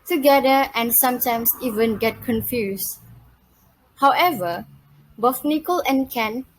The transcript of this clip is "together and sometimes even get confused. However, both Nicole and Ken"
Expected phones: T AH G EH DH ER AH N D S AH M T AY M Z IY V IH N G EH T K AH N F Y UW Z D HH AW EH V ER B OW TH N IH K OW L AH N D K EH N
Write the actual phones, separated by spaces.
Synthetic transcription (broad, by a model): T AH G EH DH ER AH N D S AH M T AY M S IY V IH N G EH T K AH N F Y UW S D HH AW EH V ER B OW F N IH K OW L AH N K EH N